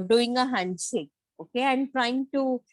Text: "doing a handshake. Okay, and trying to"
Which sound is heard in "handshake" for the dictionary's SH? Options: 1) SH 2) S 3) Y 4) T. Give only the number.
2